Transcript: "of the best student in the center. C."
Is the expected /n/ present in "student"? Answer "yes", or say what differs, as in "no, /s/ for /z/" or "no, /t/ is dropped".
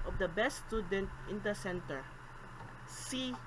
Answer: yes